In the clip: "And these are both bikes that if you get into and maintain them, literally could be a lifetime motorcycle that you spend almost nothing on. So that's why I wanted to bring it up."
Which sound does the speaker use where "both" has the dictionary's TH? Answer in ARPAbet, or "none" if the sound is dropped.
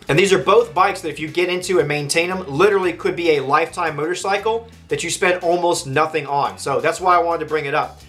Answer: TH